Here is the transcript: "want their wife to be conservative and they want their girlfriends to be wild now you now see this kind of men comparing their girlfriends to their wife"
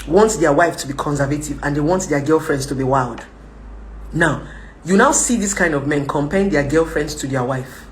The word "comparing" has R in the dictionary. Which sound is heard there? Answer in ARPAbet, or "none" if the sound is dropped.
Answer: none